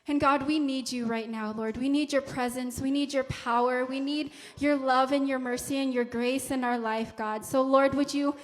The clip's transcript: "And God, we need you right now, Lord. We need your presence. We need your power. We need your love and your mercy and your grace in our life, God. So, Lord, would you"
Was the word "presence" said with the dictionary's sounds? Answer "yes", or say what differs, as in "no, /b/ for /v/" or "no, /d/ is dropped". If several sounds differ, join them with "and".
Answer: yes